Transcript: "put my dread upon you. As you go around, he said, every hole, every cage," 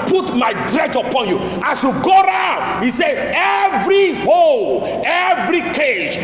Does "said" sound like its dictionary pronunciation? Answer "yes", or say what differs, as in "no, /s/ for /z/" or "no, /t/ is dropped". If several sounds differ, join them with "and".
no, /d/ is dropped